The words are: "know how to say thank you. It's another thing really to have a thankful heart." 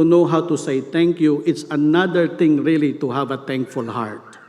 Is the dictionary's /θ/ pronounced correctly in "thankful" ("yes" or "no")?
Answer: no